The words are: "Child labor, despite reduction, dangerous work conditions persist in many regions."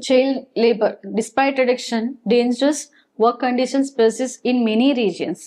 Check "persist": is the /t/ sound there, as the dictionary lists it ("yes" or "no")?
no